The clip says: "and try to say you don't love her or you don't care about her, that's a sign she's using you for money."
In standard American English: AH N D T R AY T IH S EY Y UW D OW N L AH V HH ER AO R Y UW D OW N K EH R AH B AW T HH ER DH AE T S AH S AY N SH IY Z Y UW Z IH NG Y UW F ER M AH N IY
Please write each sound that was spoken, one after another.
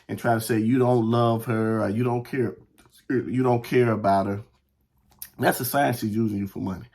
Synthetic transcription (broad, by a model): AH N T R AY T IH S EY Y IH D OW N L AH V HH ER AO R Y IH D OW N K EH R AH B AW T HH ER DH AE T S AH S AY N SH IY Z Y UW Z IH NG Y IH F ER M AH N IY